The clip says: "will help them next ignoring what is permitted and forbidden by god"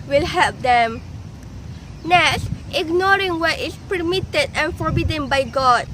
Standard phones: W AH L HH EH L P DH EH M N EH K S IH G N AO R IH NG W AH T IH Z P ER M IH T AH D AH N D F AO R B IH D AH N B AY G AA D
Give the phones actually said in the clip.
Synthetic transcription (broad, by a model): W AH L HH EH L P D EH M N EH S IH G N AO R IH NG W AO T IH S P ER M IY T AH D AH N F AO R B IH D AH N B AY G AA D